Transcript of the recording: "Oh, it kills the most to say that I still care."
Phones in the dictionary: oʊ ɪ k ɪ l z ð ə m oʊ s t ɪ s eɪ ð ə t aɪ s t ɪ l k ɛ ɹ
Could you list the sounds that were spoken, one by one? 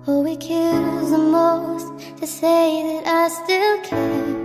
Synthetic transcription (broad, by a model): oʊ ɪ k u z ð ə m oʊ s t ɪ s eɪ ð ə t aɪ s t ɪ l k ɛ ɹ